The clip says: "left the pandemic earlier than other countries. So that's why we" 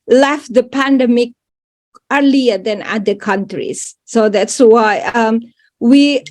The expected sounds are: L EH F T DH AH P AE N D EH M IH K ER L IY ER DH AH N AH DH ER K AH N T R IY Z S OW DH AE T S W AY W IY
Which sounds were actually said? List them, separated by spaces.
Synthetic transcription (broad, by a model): L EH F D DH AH P AE N D EH M IH K ER L IY ER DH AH N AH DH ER K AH N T R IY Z S OW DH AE T S W AY W IY